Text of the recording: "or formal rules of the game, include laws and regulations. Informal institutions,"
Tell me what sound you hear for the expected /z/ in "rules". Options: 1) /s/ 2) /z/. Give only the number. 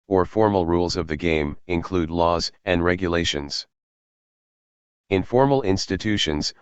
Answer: 2